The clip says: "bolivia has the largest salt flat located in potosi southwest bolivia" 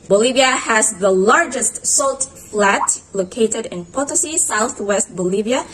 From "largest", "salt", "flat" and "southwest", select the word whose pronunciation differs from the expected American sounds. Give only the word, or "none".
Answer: none